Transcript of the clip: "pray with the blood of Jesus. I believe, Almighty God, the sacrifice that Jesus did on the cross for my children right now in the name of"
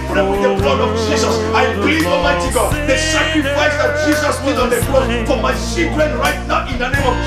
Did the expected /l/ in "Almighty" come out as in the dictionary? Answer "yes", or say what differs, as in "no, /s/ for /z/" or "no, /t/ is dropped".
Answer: no, /l/ is dropped